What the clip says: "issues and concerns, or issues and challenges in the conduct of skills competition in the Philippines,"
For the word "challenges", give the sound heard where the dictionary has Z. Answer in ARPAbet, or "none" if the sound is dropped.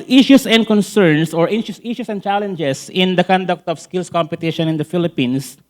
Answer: S